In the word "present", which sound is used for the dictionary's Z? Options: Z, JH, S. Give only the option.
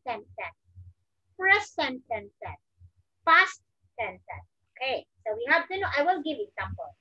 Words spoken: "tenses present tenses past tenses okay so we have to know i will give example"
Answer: S